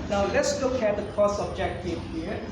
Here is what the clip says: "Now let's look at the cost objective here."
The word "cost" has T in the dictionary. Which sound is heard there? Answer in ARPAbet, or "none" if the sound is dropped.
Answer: none